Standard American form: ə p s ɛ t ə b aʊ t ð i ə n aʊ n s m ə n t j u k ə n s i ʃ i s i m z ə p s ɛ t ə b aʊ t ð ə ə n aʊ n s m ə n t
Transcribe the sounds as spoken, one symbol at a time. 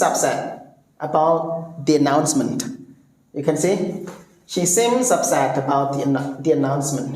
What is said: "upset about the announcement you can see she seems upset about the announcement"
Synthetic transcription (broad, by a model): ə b s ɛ t ə b aʊ t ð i ə n aʊ n s m ə n t j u k ə n s i ʃ i s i m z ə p s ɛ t ə b aʊ t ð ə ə n aʊ n s m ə n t